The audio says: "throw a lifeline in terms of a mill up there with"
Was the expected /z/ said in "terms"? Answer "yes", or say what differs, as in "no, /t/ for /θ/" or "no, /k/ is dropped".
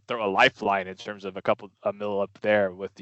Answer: yes